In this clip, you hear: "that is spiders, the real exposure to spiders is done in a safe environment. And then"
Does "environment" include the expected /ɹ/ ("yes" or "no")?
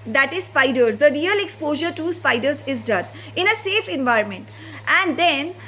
yes